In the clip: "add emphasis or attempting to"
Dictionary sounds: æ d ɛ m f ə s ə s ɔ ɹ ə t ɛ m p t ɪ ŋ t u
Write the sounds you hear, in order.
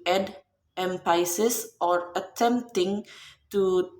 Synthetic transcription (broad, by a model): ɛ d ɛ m p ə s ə s ɔ ɹ ə t ɛ m p t ɪ ŋ t u